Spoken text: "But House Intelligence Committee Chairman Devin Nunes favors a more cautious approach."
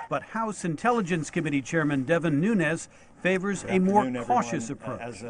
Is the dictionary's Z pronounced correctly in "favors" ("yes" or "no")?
yes